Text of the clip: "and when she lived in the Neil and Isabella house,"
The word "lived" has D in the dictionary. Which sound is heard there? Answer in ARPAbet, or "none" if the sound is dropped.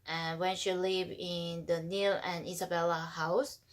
none